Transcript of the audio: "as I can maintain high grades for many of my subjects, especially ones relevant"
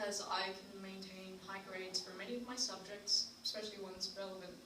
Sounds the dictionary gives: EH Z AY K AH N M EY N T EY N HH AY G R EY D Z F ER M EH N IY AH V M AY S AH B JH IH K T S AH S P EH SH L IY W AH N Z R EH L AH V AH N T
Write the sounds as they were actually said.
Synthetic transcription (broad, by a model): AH Z AY K AH N M EY N T EY N HH AY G R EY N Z F ER M EH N IY AH V M AY S AH B JH IH K T S AH S P EH SH L IY W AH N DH R EH L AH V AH N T